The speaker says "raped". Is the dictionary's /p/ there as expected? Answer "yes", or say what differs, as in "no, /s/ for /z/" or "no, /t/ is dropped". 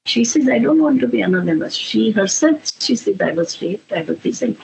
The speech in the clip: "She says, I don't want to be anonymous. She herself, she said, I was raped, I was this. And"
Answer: no, /p/ is dropped